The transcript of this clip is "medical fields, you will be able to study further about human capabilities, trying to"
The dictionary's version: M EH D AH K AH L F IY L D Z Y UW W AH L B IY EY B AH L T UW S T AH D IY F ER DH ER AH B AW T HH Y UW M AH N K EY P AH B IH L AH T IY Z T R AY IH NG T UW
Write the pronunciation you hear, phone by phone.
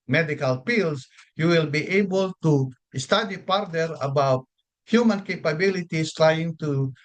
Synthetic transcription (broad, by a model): M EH D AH K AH L P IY L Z Y UW W AH L B IY EY B AH L T UW S T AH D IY P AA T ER AH B AW T HH Y UW M AH N K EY P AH B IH L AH T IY S T R AY IH NG T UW